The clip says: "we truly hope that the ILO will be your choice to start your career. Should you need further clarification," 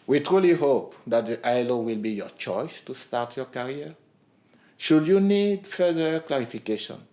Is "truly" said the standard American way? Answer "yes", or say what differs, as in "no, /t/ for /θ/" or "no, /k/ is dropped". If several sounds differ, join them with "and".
yes